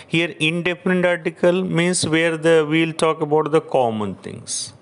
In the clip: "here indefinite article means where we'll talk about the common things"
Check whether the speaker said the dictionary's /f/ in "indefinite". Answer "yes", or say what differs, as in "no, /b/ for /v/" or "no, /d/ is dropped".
no, /p/ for /f/